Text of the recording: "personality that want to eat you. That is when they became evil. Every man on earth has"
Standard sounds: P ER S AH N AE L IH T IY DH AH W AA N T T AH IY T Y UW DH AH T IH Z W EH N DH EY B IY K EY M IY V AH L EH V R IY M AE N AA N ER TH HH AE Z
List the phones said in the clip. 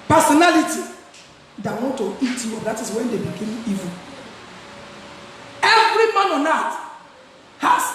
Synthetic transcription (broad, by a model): P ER S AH N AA L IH T IY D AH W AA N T T AH IY T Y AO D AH T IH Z W EH N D EY B IY K EY M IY V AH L EH V R IY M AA N AA N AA T HH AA